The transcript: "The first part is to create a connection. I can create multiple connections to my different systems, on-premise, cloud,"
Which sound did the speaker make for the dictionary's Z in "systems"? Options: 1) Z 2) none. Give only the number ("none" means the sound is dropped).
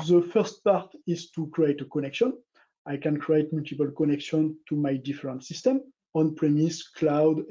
2